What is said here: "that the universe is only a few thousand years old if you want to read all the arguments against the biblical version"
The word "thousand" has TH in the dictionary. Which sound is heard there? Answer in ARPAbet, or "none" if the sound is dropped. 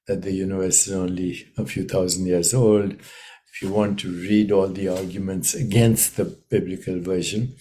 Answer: T